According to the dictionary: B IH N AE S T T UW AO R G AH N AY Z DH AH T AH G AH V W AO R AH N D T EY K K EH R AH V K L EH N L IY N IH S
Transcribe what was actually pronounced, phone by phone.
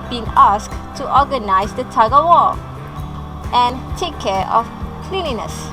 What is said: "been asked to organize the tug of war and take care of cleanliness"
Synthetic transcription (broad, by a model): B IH N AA S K T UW AO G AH N AY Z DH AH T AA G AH W AO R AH N T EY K K EH R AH F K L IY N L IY N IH S